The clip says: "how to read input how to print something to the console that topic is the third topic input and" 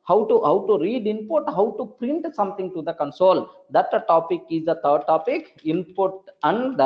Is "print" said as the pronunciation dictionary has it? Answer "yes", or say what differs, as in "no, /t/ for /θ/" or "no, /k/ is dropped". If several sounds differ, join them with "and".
yes